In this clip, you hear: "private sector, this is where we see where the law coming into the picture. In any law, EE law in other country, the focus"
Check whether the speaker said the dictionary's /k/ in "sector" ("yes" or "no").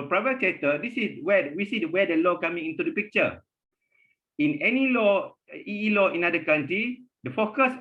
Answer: no